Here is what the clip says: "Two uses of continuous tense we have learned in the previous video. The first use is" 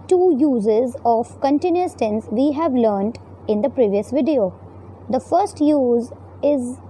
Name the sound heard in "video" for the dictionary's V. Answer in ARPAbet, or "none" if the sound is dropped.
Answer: V